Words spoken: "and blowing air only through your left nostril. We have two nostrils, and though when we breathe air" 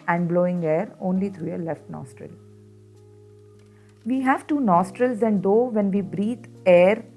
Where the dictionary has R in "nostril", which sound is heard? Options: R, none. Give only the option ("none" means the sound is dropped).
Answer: R